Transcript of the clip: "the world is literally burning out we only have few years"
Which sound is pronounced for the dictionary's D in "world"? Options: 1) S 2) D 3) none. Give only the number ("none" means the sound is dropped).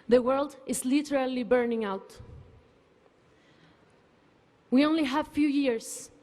2